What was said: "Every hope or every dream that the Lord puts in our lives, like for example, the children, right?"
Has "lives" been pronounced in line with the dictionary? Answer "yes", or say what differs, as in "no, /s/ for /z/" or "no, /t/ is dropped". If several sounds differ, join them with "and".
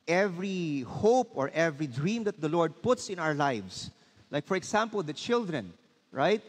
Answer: no, /s/ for /z/